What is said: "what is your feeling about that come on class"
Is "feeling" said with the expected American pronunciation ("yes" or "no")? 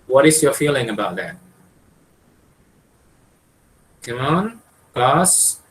yes